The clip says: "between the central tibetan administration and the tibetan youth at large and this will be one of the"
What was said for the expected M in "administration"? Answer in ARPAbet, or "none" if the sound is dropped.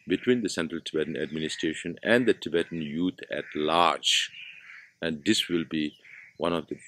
M